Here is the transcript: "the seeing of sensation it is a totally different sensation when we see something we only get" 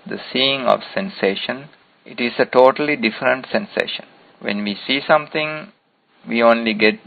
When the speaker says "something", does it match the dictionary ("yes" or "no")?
no